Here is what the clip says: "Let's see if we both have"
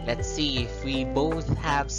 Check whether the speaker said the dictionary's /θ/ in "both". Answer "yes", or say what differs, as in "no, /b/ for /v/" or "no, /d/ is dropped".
yes